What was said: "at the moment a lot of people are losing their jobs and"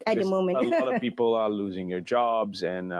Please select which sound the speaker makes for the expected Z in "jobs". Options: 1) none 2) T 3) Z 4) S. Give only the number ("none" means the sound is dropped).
3